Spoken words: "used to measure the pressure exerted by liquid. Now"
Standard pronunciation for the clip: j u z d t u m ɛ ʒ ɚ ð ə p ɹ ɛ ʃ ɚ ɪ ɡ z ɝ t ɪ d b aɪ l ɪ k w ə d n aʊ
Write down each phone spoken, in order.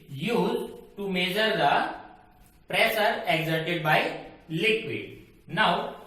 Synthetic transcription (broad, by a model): j u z t u m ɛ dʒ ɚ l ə p ɹ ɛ s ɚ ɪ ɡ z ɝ t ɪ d b aɪ l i k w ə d n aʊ